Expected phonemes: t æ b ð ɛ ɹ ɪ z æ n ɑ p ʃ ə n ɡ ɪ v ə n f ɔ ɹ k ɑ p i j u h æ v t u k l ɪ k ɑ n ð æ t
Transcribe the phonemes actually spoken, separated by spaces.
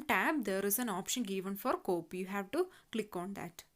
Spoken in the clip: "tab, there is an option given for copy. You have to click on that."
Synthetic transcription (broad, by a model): t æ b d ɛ ɹ ɪ z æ n ɑ p ʃ ə n ɡ ɪ v ə n f ɔ ɹ k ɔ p j u h æ v t u k l ɪ k ɑ n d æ t